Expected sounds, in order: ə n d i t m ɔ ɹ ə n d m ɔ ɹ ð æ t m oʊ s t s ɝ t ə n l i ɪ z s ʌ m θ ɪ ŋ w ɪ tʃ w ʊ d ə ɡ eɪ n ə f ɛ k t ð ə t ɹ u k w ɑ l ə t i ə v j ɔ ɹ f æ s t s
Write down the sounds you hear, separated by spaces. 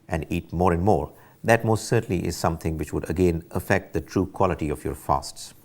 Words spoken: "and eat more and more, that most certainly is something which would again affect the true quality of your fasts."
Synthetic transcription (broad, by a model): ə n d i t m ɔ ɹ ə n m ɔ ɹ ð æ t m oʊ s t s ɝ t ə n l i ɪ z s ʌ m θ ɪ ŋ w ɪ tʃ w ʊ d ə ɡ eɪ n ə f ɛ k t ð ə t ɹ u k w ɑ l ə t i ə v j ɔ ɹ f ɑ s t s